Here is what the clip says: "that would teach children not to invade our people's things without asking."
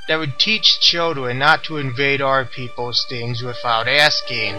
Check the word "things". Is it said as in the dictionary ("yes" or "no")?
yes